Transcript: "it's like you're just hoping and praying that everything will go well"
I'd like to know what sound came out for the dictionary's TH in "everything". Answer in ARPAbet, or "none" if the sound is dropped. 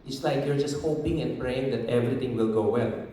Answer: T